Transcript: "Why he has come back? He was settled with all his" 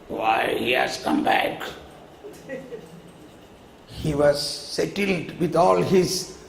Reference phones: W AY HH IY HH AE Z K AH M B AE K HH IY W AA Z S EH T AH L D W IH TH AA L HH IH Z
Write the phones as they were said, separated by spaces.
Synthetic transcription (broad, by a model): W AY HH IY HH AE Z K AH M B AE K HH IY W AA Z S EH T AH L D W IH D AA L HH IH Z